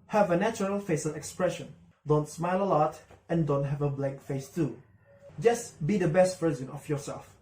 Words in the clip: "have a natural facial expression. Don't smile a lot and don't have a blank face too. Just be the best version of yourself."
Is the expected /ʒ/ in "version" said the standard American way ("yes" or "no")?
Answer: no